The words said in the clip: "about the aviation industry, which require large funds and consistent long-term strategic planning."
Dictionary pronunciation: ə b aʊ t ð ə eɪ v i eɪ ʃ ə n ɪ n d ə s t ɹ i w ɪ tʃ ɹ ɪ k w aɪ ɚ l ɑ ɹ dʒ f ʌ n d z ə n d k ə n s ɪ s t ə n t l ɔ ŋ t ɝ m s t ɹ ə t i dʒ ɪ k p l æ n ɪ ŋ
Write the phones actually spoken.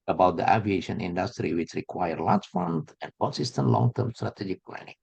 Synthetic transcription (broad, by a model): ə b aʊ t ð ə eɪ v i eɪ ʃ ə n ɪ n d ə s t ɹ i w ɪ tʃ ɹ ɪ k w aɪ ɚ l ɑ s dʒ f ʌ n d ə n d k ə n s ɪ s t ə n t l ɔ ŋ t ɝ m s t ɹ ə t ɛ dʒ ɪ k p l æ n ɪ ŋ